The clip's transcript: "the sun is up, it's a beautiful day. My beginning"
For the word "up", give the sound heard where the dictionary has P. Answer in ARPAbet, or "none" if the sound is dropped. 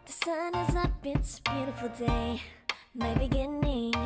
B